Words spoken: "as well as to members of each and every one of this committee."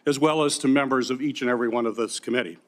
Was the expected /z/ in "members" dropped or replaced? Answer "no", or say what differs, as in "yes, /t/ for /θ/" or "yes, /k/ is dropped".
no